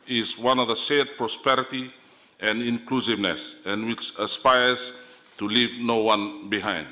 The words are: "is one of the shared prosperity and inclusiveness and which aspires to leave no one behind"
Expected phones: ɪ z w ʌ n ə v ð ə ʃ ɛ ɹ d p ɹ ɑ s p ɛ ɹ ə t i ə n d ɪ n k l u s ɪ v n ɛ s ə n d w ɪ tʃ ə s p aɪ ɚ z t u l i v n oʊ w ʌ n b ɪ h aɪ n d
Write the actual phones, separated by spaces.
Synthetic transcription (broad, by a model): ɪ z w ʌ n ə v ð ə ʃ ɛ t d p ɹ ɑ s p ɛ ɹ ə t i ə n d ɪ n k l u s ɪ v n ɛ s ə n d w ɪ tʃ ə s p aɪ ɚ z t u l i v n oʊ w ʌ n b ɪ h aɪ n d